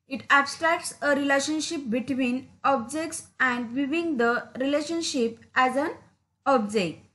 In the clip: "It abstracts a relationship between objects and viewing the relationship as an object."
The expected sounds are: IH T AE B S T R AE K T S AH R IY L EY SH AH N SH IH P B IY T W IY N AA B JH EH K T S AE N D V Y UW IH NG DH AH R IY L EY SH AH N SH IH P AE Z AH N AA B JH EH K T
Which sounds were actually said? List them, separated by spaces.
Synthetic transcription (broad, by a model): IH T AE B S T R AE K T S AH R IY L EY SH AH N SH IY P B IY T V IY N AA B JH EH K T S AE N D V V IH NG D AH R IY L EY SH AH N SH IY P AE Z AH N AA B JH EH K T